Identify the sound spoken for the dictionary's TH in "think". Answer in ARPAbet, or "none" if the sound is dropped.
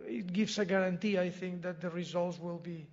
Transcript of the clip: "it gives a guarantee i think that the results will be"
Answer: TH